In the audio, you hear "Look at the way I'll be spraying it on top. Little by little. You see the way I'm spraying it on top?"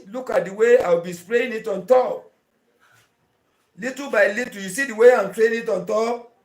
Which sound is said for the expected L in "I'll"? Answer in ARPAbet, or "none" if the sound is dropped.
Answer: W